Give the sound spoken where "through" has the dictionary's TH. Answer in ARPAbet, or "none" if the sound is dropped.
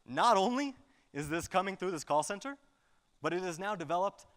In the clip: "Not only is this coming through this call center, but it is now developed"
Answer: TH